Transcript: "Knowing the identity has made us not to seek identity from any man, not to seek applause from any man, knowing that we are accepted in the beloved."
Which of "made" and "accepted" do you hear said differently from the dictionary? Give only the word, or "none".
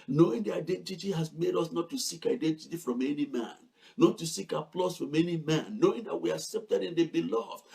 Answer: none